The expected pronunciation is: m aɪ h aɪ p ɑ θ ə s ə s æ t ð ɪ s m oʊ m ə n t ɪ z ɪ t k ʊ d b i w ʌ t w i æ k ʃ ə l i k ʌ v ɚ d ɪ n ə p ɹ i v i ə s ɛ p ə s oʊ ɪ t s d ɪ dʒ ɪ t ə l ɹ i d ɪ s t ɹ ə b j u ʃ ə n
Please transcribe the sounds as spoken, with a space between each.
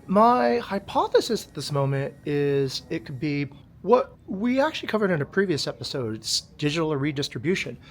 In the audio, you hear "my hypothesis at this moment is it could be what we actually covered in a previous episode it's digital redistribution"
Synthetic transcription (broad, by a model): m aɪ h aɪ p ɑ θ ə s ə s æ t ð ɪ s m oʊ m ə n t ɪ z ɪ t k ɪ d b i w ʌ t w i æ k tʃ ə l i k ʌ v ɚ d ɪ n ə p ɹ i v i ə s ɛ p ə s oʊ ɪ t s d ɪ dʒ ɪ t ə ɹ i d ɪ s t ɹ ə b j u ʃ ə n